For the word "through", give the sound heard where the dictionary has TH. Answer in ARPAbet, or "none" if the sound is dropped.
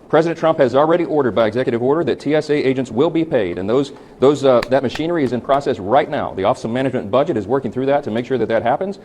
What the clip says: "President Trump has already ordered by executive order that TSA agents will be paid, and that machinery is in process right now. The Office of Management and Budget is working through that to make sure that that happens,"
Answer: TH